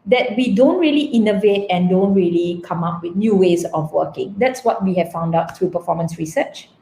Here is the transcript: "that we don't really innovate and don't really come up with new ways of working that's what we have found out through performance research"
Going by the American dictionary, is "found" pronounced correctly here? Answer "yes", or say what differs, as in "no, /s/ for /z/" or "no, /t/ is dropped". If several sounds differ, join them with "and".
yes